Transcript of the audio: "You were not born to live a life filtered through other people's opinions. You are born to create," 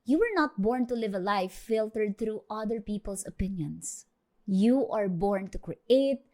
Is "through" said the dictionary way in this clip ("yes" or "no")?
no